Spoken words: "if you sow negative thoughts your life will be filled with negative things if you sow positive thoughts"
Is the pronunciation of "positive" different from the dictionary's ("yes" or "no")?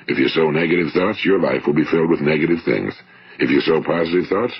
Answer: no